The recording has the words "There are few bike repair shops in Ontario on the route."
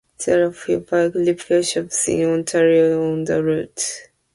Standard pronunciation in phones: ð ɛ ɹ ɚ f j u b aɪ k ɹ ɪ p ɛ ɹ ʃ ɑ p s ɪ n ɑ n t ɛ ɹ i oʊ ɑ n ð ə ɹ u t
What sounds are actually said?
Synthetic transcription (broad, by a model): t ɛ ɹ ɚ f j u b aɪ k l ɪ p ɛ ʃ ɑ p s ɪ n ɑ n t ɛ ɹ i oʊ ɑ n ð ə ɹ u t